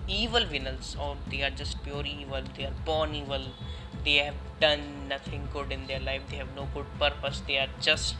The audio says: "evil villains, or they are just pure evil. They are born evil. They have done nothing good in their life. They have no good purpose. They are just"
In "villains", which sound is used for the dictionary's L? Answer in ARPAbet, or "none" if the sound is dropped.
N